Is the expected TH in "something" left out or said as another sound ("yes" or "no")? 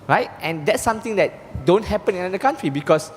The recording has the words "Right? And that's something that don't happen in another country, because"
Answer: yes